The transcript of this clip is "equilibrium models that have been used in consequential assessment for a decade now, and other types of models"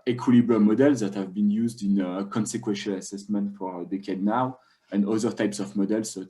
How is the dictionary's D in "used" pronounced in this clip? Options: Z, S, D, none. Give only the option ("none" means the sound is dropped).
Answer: D